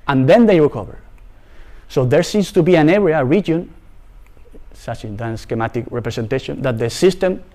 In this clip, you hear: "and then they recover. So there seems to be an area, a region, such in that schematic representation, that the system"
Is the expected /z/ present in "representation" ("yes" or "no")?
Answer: no